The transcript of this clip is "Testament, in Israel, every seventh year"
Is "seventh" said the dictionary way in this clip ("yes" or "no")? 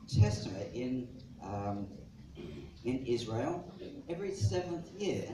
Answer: yes